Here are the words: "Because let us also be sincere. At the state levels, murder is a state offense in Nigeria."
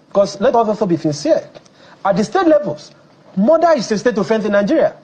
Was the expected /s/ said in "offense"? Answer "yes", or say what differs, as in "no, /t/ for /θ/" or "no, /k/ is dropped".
no, /θ/ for /s/